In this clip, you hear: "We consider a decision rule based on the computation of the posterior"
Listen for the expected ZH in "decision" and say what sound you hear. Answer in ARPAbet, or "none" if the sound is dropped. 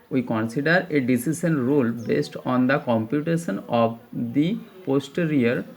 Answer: SH